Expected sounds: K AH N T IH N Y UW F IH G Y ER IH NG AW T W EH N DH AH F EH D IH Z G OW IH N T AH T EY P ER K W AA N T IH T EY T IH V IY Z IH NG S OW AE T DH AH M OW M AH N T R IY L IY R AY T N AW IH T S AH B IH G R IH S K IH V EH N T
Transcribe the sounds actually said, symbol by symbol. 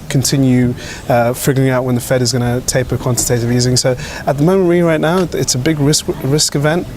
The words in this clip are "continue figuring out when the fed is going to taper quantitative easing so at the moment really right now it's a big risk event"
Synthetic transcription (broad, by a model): K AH N T IH N Y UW F IH G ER IH NG AW T W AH N DH AH F EH D IH Z G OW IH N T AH T EY P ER K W AA N T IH T EY T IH V IY Z IH NG S OW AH T DH AH M OW M AH N T R IY L IY R AY T N AW IH T S AH B IH G R IH S K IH V EH N T